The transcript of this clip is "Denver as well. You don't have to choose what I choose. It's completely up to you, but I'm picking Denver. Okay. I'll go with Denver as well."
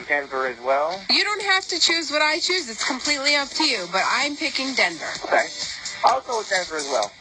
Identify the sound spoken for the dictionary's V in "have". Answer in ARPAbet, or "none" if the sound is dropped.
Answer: F